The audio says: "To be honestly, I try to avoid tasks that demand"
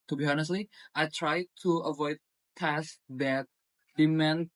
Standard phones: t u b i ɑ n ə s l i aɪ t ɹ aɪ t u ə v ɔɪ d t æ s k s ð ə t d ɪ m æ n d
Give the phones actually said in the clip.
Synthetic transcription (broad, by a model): t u b i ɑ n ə s l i aɪ t ɹ aɪ t u ə v ɔɪ d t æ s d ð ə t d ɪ m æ n